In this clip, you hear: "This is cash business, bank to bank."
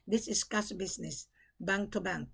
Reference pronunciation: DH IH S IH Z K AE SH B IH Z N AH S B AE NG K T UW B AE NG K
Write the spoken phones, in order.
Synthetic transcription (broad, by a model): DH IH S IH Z K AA S B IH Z N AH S B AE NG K T UW B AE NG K